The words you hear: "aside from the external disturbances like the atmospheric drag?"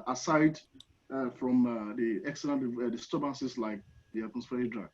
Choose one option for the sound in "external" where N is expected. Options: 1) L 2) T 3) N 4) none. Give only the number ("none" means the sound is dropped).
1